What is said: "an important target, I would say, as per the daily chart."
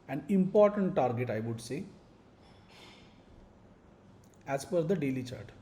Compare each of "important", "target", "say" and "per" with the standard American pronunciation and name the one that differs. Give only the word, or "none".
per